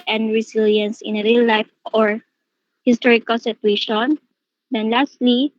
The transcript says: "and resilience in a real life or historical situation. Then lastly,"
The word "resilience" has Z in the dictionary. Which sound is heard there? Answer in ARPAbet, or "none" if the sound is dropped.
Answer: S